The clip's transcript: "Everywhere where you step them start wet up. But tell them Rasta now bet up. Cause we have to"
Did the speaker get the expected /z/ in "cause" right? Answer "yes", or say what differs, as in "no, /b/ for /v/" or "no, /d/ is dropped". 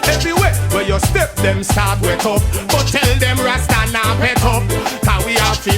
no, /z/ is dropped